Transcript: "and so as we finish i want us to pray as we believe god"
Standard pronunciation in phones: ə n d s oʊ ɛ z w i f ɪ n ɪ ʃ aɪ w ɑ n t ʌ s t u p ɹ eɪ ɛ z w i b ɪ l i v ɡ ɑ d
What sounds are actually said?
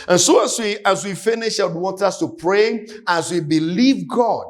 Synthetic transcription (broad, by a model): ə n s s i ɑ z w i f ɪ n ɪ ʃ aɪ w ɑ n t ʌ s t u p ɹ eɪ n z w i b ɪ l i v ɡ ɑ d